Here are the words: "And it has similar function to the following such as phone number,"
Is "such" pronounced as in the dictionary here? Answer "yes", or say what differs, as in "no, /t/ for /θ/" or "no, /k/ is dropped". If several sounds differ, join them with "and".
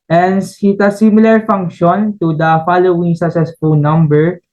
no, /s/ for /tʃ/